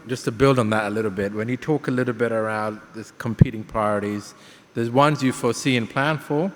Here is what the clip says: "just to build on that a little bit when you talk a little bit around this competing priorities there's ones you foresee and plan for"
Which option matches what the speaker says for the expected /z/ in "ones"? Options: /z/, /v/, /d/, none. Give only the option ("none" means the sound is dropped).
/z/